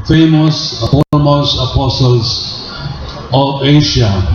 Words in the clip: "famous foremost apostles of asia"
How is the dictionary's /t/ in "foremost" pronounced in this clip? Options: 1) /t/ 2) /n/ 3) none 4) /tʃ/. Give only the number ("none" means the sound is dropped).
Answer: 3